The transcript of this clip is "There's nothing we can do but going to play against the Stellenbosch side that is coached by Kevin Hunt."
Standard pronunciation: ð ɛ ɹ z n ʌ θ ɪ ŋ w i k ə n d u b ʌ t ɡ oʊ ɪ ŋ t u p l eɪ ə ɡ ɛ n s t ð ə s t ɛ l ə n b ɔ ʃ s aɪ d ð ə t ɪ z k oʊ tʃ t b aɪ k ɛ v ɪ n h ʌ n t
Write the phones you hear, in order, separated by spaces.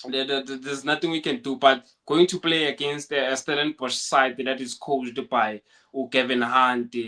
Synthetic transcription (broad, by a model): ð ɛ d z n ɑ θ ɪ ŋ w i k ə n d u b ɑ t ɡ oʊ ɪ ŋ t u p l eɪ ə ɡ ɛ n s t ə s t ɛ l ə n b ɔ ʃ s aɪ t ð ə t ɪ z k oʊ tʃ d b aɪ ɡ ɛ v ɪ n h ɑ n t